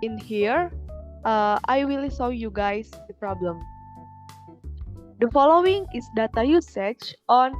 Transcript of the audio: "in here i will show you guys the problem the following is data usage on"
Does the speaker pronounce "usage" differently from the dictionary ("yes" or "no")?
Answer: yes